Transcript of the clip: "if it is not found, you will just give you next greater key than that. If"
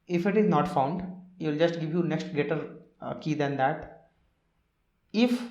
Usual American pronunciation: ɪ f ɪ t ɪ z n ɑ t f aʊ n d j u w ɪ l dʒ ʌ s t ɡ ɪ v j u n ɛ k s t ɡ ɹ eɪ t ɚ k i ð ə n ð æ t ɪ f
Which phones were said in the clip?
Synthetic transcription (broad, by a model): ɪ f ɪ t ɪ z n ɑ t f aʊ n d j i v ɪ l dʒ ʌ s t ɡ ɪ v j u n ɛ k s t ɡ eɪ t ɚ k i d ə n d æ t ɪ f